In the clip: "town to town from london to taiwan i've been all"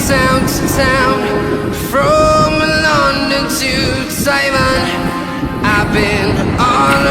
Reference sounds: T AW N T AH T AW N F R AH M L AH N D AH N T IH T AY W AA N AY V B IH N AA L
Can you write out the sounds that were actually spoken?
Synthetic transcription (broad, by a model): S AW N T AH T AW N F R AH M L AH N D AH N T IH S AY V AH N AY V B IH N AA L